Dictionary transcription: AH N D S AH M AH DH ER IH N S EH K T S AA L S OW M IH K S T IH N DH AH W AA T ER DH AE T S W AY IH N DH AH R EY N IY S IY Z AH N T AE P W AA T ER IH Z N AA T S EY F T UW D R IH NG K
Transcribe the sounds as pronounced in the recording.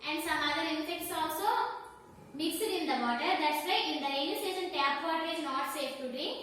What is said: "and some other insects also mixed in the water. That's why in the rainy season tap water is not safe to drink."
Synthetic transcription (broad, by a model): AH N D S AH M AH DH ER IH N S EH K T S AA L S OW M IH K S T IH N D AH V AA T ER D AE T S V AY IH N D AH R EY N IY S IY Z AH N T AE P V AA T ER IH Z N AA T S EY F T UW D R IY